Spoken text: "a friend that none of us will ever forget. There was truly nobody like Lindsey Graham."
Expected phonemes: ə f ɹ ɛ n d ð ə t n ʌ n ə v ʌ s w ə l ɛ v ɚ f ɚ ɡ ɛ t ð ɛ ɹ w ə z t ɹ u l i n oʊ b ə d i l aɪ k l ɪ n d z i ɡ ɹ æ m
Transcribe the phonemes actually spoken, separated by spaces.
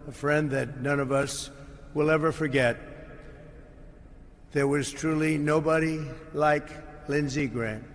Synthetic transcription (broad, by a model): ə f ɹ ɛ n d ð ə t n ʌ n ə v ʌ s w ə l ɛ v ɚ f ɚ ɡ ɛ t ð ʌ ɹ w ə z t ɹ u l i n oʊ b ə d i l aɪ k l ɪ n z i ɡ ɹ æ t